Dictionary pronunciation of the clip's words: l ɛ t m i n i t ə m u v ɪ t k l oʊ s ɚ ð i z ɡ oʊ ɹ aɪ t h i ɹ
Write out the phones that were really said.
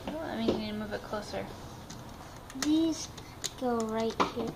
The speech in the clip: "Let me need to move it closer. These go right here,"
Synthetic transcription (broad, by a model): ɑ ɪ m i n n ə m u v ɪ t k l oʊ s ɚ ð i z ɡ oʊ ɹ aɪ t h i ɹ